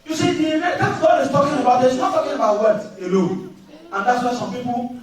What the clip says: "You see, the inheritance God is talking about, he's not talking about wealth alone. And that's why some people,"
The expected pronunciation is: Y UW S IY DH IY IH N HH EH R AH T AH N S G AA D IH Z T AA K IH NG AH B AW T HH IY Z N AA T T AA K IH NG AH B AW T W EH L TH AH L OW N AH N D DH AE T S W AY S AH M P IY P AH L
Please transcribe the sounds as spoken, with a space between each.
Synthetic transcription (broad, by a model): Y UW S IY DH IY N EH L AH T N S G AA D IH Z T AA K IH NG AH B AW T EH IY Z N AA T T AA K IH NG AH B AW T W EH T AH L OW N AH N D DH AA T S W AY S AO M P IY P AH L